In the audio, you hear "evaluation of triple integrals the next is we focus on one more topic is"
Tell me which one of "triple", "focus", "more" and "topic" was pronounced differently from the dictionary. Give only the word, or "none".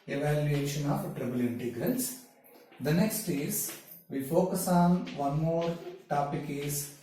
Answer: triple